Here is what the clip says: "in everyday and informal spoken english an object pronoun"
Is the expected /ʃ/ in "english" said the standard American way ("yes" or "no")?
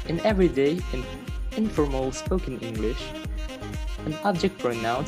yes